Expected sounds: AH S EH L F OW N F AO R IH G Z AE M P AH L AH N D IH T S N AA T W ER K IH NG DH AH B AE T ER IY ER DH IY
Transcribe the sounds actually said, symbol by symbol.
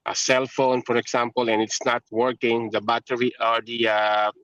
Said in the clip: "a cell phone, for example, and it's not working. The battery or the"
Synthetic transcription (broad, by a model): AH S EH L F OW N F AO R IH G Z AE M P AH L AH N IH T S N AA T W ER K IH NG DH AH B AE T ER IY ER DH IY